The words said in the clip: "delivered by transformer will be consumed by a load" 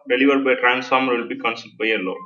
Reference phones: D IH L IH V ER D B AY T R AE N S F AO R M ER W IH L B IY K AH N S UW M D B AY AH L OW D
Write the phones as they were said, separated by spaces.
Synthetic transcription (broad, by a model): D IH L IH V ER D B AY T R AE N S F AO R M ER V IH L B IY K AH N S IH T B AY AH L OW